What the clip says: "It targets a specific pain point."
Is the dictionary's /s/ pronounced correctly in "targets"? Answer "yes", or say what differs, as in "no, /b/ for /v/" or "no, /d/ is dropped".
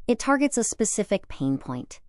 yes